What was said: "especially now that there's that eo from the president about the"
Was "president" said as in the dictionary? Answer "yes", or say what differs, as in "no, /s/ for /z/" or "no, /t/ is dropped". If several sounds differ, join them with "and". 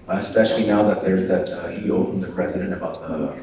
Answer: yes